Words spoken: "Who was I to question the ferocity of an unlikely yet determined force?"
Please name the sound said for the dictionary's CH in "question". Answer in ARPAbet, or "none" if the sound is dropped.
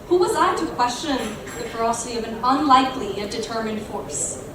CH